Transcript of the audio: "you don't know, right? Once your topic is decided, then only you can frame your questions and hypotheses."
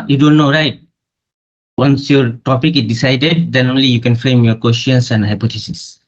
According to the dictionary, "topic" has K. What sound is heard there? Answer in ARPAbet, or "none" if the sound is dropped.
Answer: K